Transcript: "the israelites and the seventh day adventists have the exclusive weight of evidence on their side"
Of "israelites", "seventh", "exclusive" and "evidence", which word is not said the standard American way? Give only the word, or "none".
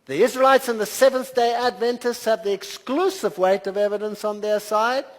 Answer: none